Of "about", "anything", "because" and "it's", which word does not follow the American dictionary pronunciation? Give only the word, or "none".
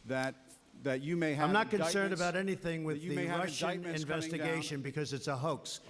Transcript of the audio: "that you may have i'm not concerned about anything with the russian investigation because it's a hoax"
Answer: none